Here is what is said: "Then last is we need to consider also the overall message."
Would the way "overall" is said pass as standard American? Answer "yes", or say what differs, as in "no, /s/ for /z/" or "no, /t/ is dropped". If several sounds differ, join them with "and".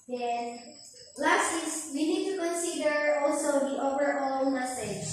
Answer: no, /n/ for /l/